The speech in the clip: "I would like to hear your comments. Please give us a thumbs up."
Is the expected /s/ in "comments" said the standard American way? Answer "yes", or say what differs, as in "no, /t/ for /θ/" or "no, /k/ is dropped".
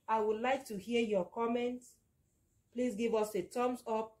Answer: no, /s/ is dropped